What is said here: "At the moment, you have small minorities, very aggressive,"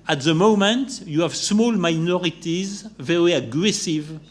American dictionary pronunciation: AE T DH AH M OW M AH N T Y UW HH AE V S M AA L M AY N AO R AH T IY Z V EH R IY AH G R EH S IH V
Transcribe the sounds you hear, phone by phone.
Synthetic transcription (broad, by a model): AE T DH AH M OW M AH N T Y UW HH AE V S M AA L M AY N AO R AH T IY Z V EH R IY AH G R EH S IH V